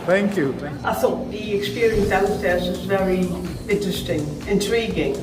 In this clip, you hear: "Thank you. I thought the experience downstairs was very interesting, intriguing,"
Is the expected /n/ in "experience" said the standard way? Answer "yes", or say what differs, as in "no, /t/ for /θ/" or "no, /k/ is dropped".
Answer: yes